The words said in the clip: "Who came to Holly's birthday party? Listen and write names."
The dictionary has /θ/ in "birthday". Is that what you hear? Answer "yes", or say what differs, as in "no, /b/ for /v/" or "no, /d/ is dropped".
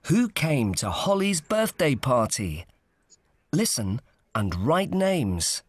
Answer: yes